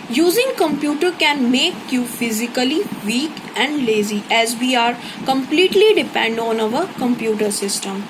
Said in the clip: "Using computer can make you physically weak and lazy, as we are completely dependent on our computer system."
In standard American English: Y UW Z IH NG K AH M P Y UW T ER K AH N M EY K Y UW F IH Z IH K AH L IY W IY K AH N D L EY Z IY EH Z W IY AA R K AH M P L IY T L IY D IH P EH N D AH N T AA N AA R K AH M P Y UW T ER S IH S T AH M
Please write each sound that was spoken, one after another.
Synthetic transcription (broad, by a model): Y UW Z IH NG K AH M P Y UW T ER K AH N M EY K Y UW F IH Z IH K AH L IY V IY K AH N D L EY Z IY EH Z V IY AA R K AH M P L IY T L IY D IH P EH N D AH N AA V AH R K AH M P Y UW T ER S IH S T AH M